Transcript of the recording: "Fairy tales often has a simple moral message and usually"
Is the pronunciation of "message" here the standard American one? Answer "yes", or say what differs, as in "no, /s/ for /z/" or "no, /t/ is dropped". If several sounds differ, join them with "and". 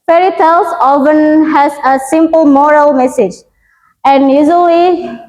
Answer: yes